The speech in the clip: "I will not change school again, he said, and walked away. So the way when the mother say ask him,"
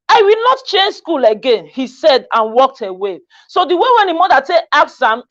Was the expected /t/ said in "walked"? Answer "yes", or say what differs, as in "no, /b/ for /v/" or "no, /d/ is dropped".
yes